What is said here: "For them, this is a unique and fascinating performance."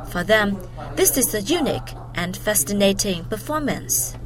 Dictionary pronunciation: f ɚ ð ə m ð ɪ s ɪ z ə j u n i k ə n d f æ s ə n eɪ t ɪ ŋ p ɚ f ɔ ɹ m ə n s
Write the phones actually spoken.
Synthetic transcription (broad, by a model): f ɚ ð ə m ð ɪ s ɪ z ə j u n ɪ k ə n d f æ s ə n eɪ t ɪ ŋ p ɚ f ɔ ɹ m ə n s